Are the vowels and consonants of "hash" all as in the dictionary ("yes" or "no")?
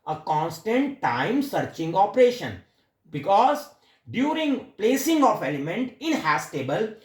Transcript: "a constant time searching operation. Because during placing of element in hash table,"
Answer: no